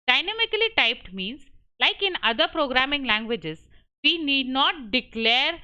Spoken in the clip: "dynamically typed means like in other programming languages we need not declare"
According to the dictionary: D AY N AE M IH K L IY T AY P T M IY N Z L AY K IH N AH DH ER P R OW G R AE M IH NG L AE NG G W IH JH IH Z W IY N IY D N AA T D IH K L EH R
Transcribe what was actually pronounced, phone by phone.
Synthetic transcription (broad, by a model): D AY N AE M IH K L IY T AY P T M IY N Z L AY K IH N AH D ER P R OW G R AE M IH NG L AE NG G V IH JH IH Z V IY N IY D N AA T D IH K L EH R